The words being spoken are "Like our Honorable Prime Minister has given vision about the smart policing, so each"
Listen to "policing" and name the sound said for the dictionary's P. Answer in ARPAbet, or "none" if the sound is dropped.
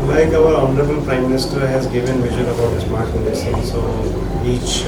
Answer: F